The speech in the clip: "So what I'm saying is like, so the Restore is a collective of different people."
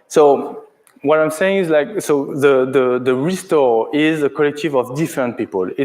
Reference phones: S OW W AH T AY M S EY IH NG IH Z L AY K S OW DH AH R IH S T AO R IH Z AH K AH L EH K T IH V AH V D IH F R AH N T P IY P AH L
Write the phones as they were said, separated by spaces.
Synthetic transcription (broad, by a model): S OW W AH T AY M S EY IH NG IH Z L AY K S OW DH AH R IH S T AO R IH Z AH K AH L EH K T IH V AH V D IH F R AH N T P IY P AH L